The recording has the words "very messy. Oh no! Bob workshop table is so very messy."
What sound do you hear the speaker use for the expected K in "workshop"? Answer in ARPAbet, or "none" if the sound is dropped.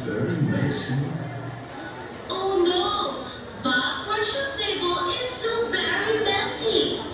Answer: none